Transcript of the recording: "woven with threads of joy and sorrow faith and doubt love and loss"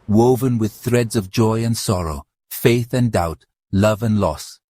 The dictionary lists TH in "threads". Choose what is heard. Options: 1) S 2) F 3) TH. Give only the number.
3